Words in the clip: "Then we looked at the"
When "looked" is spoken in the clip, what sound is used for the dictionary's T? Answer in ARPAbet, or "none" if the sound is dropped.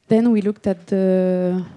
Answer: T